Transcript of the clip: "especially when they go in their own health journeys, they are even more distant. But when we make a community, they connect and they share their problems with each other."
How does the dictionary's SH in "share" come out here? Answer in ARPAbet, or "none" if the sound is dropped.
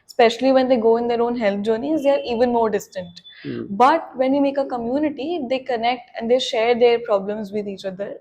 SH